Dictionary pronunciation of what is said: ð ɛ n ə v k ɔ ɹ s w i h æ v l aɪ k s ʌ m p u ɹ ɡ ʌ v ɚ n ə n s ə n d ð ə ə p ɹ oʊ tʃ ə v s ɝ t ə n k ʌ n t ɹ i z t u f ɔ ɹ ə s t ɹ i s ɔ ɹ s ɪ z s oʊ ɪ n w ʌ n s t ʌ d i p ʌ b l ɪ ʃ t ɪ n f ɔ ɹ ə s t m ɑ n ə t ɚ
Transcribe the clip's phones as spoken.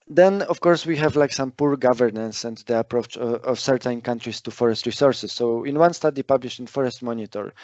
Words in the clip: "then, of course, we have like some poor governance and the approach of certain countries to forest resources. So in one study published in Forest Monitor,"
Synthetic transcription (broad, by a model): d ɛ n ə f k ɔ ɹ s w i h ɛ v l aɪ k s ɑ m p u ɹ ɡ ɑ v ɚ n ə n s ə n d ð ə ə p ɹ oʊ tʃ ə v s ɝ t ə n k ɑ n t ɹ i s t u f ɔ ɹ ə s t ɹ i s ɔ ɹ s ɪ s oʊ ɪ n w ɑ n s t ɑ d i p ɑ b l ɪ ʃ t ɪ n f ɔ ɹ ə s t m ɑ n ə t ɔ